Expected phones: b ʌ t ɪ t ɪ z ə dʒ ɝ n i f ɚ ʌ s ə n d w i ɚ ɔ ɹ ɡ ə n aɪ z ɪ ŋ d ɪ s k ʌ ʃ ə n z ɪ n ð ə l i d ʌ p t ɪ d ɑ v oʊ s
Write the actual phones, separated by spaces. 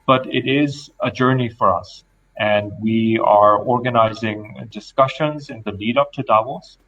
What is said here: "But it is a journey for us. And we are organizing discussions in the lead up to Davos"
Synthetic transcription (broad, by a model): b ʌ t ɪ t ɪ z ə dʒ ɝ n i f ɚ ʌ s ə n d w i ɚ ɔ ɹ ɡ ə n aɪ z ɪ ŋ d ɪ s k ʌ ʃ ə n z ɪ n ð ə l i d ʌ p t ɪ d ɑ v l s